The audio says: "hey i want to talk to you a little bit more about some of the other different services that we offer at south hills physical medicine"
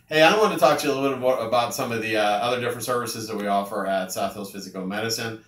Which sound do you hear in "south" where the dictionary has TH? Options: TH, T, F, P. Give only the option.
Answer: TH